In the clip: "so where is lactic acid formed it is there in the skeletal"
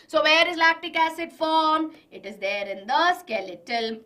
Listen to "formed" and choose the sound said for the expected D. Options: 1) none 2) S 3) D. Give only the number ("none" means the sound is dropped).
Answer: 1